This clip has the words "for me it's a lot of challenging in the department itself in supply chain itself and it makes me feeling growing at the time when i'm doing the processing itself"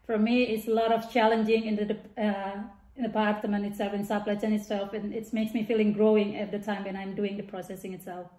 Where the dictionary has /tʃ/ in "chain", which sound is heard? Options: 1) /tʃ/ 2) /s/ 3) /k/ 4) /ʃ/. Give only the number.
2